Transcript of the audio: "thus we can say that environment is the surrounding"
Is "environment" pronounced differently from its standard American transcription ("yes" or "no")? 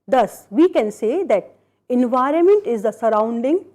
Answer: no